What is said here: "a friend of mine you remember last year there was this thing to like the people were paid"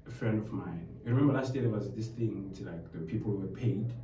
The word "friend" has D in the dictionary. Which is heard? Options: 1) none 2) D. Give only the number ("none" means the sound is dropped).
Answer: 2